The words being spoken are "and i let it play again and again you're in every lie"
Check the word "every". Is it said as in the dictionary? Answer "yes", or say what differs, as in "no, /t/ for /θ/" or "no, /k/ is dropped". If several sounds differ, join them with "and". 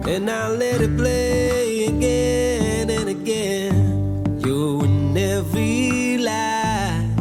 no, /ɹ/ is dropped